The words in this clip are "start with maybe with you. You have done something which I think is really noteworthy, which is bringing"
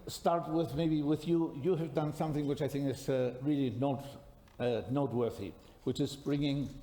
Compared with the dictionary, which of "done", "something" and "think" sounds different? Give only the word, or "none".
none